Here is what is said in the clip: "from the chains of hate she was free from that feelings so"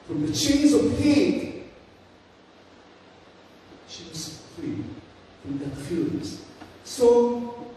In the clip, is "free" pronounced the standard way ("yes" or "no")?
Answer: no